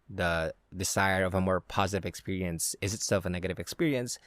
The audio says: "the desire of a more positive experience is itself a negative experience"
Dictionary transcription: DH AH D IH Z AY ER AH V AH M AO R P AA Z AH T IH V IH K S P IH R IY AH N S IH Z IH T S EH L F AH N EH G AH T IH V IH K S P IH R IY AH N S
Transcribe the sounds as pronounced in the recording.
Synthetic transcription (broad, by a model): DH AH D IH Z AY ER AH V AH M AO R P AA Z AH T IH V IH K S P IH R IY AH N S IH Z IH T S EH L F AH N EH G AH T IH V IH K S P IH R IY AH N S